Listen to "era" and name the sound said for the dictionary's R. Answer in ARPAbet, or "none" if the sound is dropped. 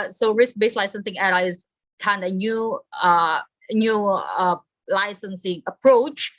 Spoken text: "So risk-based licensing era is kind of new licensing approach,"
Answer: L